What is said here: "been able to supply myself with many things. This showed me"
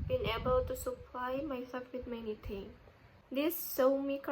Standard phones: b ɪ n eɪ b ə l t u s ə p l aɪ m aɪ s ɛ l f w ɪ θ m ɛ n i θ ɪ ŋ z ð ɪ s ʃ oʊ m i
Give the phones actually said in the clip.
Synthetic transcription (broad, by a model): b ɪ n eɪ b ə l t u s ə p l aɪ m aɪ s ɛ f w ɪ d m ɛ n i t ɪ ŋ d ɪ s s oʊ m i